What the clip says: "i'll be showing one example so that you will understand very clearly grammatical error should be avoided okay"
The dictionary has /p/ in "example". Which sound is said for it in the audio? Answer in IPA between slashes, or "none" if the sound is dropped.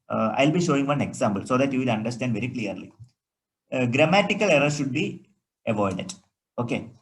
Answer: /b/